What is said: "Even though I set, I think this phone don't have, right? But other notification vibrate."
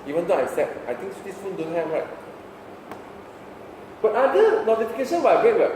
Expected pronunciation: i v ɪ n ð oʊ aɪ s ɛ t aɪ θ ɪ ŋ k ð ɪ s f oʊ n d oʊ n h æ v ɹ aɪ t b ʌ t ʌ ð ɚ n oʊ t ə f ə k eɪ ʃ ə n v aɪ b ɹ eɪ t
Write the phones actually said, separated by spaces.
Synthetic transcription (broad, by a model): i v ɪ n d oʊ aɪ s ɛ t aɪ t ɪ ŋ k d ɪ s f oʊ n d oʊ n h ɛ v ɹ aɪ t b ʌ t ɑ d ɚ n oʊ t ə f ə k eɪ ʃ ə n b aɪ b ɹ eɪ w